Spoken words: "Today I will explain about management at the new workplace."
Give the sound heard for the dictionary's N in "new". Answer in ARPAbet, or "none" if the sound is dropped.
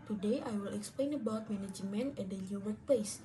L